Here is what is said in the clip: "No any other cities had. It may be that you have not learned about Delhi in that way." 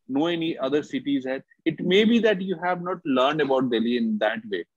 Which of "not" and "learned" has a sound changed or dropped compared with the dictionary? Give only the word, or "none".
none